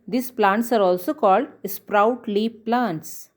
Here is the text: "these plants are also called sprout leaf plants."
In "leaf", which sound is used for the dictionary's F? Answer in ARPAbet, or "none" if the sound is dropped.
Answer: P